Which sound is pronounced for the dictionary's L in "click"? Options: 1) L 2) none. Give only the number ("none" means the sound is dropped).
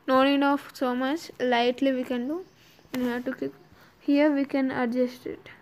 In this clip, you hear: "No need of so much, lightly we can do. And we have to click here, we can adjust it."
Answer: 2